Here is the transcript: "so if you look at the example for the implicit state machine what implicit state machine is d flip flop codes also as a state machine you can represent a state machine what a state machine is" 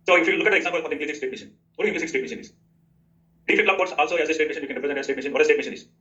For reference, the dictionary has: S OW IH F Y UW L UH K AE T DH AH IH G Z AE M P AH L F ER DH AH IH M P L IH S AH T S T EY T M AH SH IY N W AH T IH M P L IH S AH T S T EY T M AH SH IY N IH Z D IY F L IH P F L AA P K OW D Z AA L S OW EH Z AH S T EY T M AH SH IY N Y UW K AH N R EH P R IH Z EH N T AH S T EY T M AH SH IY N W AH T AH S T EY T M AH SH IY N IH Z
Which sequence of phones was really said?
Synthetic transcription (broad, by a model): S OW IH F Y UW L UH K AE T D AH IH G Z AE M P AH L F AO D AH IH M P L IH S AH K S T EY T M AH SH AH N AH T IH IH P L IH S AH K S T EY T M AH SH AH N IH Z D IY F IH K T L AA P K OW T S AA L S OW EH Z AH S T EY T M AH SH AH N Y UW K AH N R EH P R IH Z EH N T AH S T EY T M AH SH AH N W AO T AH S T EY T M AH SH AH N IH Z